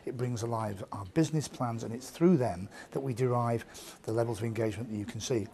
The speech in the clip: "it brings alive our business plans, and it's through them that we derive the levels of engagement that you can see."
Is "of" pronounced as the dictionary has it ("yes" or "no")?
yes